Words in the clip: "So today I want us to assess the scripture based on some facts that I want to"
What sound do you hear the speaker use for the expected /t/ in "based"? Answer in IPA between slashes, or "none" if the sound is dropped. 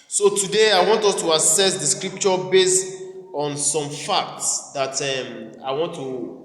/t/